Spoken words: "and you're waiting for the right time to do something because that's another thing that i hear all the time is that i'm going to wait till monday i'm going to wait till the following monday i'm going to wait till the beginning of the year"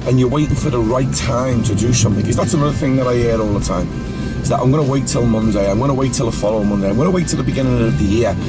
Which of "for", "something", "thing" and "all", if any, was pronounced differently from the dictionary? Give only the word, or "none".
none